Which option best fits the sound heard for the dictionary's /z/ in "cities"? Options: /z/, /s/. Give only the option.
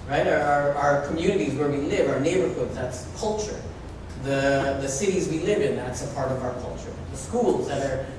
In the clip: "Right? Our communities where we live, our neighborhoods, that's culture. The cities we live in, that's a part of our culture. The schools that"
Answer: /z/